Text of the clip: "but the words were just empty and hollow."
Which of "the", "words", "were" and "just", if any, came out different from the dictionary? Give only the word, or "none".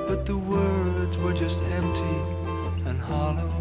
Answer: none